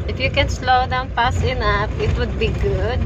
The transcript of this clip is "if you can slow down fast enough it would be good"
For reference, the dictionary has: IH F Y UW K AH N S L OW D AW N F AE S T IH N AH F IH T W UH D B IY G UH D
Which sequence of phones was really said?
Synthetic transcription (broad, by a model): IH F Y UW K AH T S L OW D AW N P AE S IH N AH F IH T W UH D B IY G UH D